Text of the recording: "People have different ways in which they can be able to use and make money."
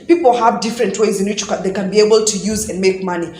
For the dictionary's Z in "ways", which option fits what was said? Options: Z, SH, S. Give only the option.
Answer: Z